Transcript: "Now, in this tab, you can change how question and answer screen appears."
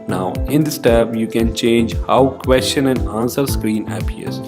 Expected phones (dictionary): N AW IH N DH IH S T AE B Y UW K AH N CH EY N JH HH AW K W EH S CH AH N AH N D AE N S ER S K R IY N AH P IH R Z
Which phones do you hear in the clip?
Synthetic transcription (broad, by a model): N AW IH N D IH S T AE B Y UW K AH N CH EY N JH HH AW K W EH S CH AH N AH N D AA N S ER S K R IY N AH P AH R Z